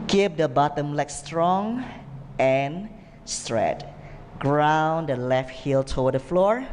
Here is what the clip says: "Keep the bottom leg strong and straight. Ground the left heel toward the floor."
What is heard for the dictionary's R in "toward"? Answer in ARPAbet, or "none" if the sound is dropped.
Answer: W